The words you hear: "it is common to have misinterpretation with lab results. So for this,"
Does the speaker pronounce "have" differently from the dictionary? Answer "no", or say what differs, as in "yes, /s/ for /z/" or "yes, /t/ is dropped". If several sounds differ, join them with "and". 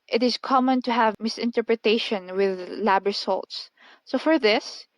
no